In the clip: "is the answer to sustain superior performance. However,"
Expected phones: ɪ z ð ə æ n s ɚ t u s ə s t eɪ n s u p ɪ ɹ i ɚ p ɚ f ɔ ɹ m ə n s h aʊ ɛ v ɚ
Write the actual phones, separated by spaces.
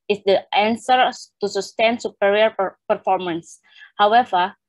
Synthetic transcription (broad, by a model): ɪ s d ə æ n s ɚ t u s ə s t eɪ n s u p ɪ ɹ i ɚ p ɚ f ɔ ɹ m ə n s h aʊ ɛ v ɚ